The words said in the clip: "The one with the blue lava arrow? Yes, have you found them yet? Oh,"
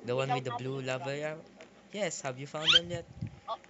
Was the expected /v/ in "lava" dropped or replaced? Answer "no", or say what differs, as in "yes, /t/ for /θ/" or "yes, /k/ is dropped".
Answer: no